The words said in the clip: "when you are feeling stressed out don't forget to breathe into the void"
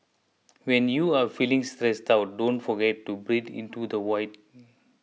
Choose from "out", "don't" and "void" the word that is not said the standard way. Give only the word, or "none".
void